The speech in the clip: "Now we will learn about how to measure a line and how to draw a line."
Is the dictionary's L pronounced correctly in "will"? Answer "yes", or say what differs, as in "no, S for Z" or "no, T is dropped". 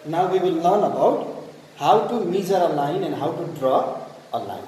yes